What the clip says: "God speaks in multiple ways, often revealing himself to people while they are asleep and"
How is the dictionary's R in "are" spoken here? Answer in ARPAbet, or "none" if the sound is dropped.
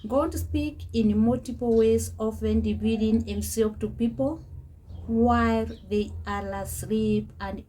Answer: L